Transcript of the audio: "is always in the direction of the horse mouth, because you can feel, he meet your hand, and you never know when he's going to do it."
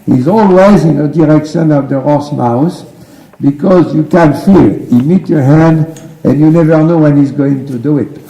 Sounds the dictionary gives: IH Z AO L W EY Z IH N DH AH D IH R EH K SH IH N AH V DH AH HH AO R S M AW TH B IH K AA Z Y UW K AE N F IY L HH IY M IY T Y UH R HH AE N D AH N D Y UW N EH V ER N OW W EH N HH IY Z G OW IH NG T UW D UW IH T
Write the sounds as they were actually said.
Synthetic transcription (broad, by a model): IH Z AO L W EY Z IH N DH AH D IH R EH K SH IH N AH V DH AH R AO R S M AW S B IH K AA Z Y UW K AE N F IY L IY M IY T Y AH R HH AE N D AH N Y UW N EH V ER N OW W EH N HH IY Z G OW IH NG T UW D UW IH T